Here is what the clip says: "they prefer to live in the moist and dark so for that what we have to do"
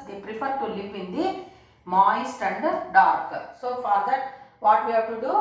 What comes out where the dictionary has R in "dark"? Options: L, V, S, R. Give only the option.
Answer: R